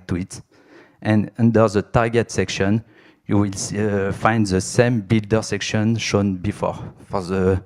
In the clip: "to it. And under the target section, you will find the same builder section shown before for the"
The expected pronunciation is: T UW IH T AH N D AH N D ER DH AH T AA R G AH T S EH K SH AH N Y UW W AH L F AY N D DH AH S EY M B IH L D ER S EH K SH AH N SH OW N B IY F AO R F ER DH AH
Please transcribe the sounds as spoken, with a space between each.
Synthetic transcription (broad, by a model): T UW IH T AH N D AH N D ER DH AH T AA R G AH T S EH K SH AH N Y UW W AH L F AY N D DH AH S EY M B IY L D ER S EH K SH AH N SH OW N B IY F AO R F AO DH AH